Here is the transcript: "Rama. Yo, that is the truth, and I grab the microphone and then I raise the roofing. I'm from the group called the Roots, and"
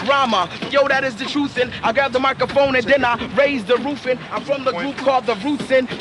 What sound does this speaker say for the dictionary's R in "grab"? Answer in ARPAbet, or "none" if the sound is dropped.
none